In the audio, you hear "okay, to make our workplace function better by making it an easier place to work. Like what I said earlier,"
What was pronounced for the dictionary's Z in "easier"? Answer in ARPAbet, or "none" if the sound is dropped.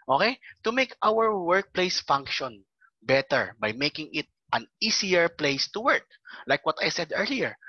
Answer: S